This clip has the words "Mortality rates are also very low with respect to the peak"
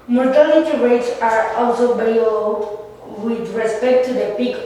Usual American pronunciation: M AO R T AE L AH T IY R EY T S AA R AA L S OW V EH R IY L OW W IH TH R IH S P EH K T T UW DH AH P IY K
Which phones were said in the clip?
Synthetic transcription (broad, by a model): M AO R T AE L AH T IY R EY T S AA R AA L S OW B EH L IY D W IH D R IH S P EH K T T UW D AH P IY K